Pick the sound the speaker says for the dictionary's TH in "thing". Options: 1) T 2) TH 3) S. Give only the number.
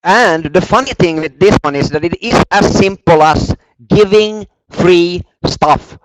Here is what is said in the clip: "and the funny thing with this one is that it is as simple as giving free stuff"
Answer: 2